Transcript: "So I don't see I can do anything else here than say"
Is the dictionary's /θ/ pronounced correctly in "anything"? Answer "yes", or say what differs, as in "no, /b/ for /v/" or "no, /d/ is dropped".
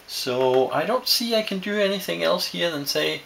yes